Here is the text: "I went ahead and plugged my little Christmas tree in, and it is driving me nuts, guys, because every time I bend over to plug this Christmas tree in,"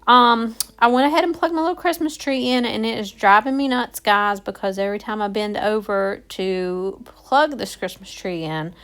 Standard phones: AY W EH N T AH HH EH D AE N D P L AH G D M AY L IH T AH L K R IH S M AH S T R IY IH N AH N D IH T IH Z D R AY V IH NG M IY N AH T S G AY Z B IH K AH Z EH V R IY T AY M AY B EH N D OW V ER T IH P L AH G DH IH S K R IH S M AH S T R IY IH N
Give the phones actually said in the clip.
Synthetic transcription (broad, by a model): AY W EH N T AH HH EH D N P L AH G M AY L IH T L K R IH S M AH S T R IY IH N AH N IH T IH Z D R AY V IH NG M IY N AH T S G AY Z B IH K AH Z EH V R IY T AY M AY B EH N D OW V ER T IH P L AH G DH IH S K R IH S M AH S T R IY IH N